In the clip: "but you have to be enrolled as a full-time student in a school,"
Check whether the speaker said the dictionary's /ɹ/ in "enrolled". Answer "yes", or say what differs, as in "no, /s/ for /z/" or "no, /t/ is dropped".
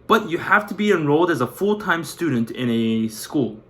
yes